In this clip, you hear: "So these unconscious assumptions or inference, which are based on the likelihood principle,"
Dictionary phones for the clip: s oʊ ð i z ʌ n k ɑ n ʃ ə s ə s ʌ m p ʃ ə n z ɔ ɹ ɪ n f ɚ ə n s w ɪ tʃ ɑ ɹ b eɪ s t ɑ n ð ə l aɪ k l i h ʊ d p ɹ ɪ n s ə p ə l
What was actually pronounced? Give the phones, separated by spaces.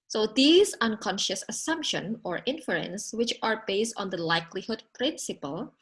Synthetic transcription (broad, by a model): s oʊ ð i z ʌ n k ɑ n ʃ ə s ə s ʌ m p ʃ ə n ɔ ɹ ɪ n f ɚ ə n s w ɪ tʃ ɑ ɹ b eɪ s t ɑ n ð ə l aɪ k l i h ʊ d p ɹ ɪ n s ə p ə l